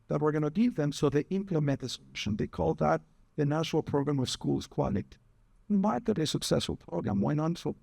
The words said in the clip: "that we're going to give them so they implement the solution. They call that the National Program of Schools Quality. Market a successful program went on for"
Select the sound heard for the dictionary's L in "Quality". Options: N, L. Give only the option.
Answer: N